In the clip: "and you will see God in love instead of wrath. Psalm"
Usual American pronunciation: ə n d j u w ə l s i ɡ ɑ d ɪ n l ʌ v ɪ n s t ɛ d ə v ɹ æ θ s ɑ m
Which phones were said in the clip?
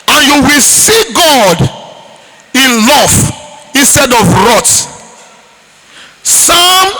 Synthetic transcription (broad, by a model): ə n j u w ə l s i ɡ ɑ d ɪ n l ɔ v ɪ n s t ɛ d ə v ɹ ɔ t s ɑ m